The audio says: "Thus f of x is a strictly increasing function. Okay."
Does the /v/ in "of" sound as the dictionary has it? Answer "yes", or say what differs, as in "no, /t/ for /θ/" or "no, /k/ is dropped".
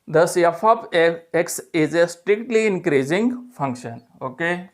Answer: no, /p/ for /v/